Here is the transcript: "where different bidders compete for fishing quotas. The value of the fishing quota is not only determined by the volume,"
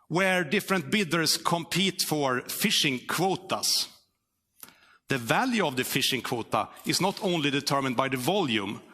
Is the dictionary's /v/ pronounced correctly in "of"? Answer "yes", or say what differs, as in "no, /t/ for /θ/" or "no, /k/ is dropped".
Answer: yes